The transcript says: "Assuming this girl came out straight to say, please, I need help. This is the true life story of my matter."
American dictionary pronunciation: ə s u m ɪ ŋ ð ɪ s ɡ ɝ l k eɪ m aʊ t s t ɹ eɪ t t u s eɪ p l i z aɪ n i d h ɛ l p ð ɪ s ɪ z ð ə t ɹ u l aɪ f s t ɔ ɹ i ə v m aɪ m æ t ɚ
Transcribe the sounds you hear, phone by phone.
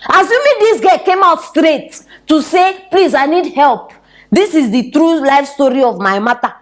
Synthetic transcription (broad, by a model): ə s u m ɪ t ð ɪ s ɡ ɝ k eɪ m aʊ t s t ɹ eɪ t t u s eɪ p l i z aɪ n i d h ɛ l p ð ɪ s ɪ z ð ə t ɹ u l aɪ f s t ɔ ɹ i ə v m aɪ m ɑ t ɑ